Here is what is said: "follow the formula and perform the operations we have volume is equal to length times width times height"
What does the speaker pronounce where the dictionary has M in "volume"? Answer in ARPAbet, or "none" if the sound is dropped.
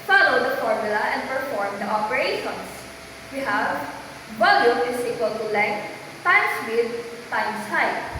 none